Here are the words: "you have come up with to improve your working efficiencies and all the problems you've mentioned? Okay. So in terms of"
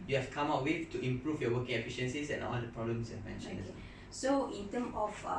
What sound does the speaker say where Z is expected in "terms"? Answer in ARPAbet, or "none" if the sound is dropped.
none